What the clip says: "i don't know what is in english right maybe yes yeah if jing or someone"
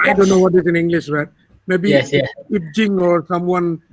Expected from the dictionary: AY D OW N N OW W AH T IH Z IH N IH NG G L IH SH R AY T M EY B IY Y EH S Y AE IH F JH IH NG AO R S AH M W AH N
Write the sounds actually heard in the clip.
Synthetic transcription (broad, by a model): AY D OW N N OW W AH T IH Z IH N IH NG G L IH SH R AY T M EY B IY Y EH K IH P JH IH NG AO R S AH M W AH N